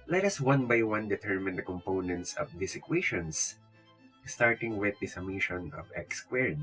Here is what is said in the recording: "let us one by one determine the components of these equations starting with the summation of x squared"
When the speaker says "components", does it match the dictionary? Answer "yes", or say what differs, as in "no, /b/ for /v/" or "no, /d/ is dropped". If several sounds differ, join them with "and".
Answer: yes